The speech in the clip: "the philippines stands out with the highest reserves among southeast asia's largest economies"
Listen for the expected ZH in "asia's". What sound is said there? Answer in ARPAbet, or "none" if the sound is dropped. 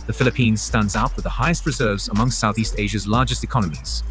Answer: ZH